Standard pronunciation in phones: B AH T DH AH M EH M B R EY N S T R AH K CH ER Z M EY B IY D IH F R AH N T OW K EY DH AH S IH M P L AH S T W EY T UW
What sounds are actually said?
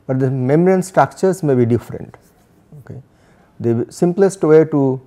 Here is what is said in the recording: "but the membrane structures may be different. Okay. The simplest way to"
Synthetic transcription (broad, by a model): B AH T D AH M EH M R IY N S T R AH K CH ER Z M EY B IY D IH F R AH N T OW K EY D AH S IH M P L AH S T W EY T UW